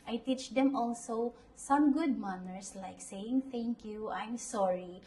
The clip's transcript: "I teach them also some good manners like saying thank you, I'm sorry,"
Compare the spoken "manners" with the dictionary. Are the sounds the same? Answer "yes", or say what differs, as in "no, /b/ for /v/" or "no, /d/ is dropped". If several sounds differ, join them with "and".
no, /s/ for /z/